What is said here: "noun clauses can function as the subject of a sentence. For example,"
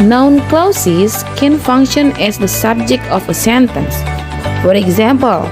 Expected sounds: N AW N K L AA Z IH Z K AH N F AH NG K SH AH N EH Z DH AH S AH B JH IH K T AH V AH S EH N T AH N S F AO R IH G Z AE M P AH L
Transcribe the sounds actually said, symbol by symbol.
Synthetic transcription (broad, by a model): N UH N K L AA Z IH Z K AH N F AH NG K SH AH N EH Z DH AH S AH B JH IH K T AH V AH S EH N T AH N S F AO R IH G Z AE M P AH L